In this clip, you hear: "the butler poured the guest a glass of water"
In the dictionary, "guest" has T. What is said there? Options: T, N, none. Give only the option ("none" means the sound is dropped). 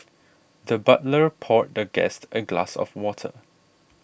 T